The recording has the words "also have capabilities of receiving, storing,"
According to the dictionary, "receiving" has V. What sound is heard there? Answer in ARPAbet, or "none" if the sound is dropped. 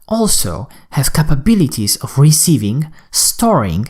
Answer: V